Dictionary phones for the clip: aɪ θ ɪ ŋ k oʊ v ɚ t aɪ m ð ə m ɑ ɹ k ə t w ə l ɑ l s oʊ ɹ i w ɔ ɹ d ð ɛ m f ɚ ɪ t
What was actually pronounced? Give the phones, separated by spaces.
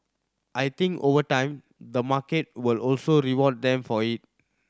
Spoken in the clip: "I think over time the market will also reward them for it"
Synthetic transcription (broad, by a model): aɪ t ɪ ŋ k oʊ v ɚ t aɪ m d ə m ɑ k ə t w ə l ɑ l s oʊ ɹ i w ɔ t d ɛ m f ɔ ɪ t